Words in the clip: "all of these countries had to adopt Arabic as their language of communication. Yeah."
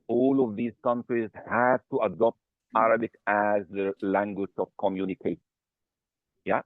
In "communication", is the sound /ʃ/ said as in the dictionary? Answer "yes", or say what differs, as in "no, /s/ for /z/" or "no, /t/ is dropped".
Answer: no, /ʃ/ is dropped